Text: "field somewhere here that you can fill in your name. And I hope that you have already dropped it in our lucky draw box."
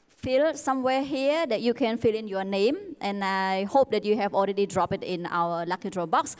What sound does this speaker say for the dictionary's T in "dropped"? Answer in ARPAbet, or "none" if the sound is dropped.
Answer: none